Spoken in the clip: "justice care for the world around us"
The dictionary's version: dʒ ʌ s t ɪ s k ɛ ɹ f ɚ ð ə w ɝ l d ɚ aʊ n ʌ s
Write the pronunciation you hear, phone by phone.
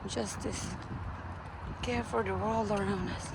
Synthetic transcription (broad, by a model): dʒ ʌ s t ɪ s k ɛ ɹ f ɚ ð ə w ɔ l ɚ aʊ n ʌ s